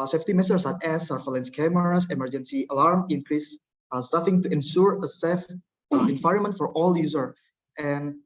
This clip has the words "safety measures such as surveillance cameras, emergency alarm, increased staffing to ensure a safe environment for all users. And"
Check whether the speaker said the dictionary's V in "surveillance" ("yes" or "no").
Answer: no